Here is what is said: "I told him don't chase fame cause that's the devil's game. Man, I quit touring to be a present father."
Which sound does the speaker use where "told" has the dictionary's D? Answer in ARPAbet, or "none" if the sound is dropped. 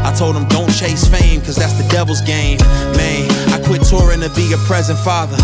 D